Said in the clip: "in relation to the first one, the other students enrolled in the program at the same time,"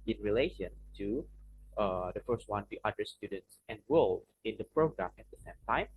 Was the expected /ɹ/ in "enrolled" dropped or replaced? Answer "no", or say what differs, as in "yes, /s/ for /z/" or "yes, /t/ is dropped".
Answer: yes, /w/ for /ɹ/